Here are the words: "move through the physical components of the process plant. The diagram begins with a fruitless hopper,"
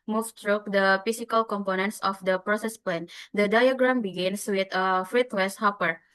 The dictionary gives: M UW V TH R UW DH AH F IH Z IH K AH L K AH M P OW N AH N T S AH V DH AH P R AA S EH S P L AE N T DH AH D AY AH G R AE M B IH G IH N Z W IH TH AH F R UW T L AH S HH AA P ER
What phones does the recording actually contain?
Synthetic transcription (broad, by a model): M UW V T R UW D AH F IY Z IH K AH L K AH M P OW N AH N T S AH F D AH P R AA S EH S P L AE N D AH D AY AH G R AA M B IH G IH N S W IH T AH F R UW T W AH S HH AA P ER